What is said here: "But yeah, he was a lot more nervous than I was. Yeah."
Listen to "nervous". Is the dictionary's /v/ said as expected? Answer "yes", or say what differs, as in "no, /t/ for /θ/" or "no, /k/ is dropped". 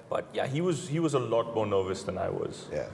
yes